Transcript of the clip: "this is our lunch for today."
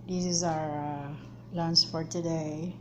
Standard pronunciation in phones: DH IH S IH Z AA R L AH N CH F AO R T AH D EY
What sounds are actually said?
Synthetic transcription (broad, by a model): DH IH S IH Z AA R L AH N S F AO R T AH D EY